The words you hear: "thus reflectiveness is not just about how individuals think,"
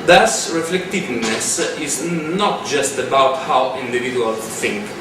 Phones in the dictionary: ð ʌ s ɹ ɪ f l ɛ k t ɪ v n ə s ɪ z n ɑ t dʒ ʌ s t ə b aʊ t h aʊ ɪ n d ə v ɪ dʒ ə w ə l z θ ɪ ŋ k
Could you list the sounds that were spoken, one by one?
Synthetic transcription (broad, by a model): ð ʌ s ɹ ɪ f l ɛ k t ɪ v n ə s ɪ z n ɑ t dʒ ʌ s t ə b aʊ t h aʊ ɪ n d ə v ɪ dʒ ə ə l θ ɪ ŋ k